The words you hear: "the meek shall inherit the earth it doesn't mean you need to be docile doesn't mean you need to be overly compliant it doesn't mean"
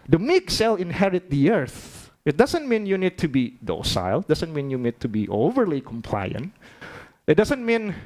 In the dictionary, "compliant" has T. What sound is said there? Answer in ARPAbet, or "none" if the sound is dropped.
T